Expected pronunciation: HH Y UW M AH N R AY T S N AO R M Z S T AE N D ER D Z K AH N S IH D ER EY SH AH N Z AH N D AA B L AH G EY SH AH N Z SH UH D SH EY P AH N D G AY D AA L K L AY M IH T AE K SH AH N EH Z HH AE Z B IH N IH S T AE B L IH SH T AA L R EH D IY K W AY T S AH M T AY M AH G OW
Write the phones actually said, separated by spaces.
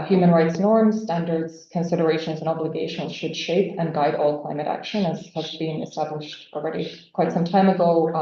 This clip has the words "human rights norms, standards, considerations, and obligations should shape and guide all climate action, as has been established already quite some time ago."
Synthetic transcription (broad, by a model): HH Y UW M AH N R AY T S N AO R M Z S T AE N D ER D Z K AH N S IH D ER EY SH AH N Z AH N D AA B L AH G EY SH AH N Z SH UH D SH EY P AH N G AY D AA L K L AY M IH T AE K SH AH N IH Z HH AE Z B IH N IH S T AE B L IH SH T AA L R EH D IY K W AY T S AH M T AY M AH G OW